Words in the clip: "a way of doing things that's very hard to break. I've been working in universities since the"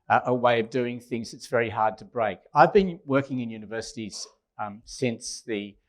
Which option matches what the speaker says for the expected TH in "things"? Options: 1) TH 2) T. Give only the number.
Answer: 1